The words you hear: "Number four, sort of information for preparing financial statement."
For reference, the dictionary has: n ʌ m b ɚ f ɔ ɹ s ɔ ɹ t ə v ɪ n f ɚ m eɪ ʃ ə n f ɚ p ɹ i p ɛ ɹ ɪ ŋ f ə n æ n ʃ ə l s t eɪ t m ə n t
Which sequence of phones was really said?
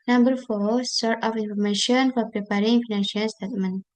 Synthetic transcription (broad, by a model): n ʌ m b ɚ f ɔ s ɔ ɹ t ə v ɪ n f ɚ m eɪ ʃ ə n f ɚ p ɹ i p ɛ ɹ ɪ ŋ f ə n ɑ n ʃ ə n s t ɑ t m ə n